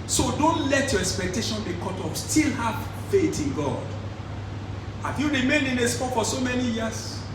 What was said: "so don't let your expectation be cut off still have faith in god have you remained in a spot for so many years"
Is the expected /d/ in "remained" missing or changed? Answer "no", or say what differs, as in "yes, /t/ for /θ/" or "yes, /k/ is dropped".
yes, /d/ is dropped